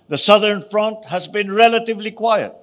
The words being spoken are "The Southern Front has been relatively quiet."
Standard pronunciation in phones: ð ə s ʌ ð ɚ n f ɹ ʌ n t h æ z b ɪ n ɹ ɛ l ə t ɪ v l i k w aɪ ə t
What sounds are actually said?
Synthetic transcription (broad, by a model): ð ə s ʌ ð ɚ n f ɹ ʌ n t h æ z b ɪ n ɹ ɛ l ə t ɪ v l i k w aɪ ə t